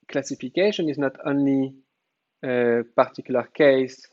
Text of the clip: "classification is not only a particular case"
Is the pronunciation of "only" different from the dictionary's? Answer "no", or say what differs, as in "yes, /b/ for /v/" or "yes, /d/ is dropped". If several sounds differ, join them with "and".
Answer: yes, /l/ is dropped